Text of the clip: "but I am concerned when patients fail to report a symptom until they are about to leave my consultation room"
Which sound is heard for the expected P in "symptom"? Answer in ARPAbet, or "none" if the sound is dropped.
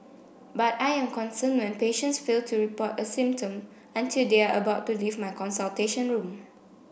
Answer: P